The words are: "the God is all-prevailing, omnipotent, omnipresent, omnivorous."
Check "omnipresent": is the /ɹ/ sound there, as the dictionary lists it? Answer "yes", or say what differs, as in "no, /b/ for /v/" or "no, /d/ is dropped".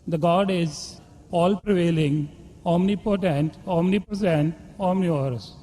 no, /ɹ/ is dropped